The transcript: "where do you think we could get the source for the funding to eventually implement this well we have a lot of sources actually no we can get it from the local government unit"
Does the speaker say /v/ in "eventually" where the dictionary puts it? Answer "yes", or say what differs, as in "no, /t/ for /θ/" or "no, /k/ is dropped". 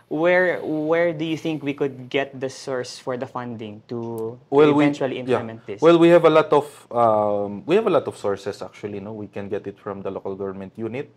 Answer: no, /w/ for /v/